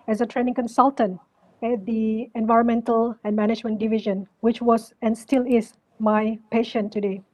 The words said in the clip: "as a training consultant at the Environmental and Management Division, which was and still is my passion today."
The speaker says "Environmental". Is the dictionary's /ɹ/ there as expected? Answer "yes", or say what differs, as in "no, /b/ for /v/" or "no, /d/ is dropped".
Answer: yes